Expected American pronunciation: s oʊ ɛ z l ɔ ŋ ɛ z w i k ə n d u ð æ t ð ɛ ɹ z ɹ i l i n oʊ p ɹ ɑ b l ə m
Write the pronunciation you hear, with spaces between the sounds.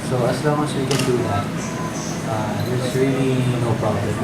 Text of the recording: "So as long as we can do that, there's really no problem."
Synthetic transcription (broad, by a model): s oʊ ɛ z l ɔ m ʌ s w i k ə n d u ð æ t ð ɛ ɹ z ɹ i l i n oʊ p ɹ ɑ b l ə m